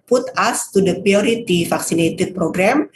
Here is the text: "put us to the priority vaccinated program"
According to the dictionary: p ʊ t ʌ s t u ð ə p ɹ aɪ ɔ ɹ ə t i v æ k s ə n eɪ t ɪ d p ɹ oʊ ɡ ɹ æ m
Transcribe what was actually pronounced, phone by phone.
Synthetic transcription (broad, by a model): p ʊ t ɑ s t u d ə p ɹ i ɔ ɹ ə t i f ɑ k s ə n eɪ t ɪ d p ɹ oʊ ɡ ɹ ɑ m